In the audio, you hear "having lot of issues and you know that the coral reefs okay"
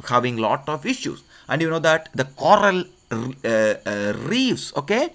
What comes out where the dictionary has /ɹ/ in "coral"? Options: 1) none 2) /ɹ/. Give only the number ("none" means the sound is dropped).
2